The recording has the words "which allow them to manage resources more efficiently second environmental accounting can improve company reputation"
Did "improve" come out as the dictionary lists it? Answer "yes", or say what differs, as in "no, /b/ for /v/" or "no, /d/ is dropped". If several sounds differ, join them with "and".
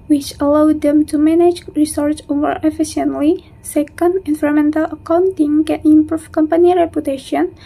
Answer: no, /f/ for /v/